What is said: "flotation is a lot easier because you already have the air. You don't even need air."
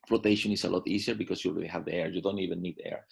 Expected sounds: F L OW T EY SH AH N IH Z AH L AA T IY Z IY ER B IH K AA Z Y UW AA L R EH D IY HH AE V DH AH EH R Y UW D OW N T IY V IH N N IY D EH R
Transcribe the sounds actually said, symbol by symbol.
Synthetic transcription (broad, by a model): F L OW T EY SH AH N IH S AH L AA T IY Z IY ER B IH K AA S Y UW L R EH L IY HH AE V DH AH EH R Y UW D OW N T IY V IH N N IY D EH R